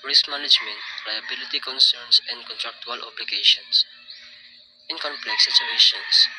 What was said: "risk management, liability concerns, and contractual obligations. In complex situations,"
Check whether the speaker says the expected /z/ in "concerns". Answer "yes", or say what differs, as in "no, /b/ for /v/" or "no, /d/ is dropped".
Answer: no, /s/ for /z/